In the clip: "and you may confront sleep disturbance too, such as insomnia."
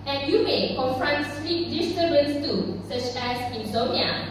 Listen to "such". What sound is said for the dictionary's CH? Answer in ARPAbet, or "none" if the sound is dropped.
CH